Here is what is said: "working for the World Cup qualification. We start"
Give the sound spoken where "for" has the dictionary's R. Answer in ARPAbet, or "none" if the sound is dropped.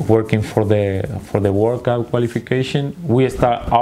R